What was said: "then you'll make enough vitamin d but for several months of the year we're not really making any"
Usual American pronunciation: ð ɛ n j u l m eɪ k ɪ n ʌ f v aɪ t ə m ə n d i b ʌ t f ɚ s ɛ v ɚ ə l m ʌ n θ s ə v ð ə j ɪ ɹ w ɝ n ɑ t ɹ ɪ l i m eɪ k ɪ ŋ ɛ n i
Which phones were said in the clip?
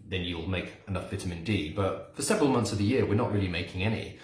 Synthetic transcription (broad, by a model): ð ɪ n j u l m eɪ k ɪ n ʌ f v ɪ t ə m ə n d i b ʌ t f ɚ s ɛ v ɚ ə l m ʌ n θ s ə v ð ə j ɪ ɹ w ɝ n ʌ t ɹ ɪ l i m eɪ k ɪ ŋ ɛ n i